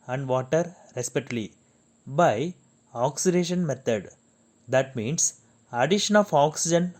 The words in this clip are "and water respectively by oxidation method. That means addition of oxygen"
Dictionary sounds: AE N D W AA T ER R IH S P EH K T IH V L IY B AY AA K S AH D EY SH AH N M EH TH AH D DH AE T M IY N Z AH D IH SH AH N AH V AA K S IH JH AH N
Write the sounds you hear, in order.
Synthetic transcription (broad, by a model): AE N D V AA T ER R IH S P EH T L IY B AY AA K S AH D EY SH AH N M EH T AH D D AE T M IY N S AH D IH SH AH N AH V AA K S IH JH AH N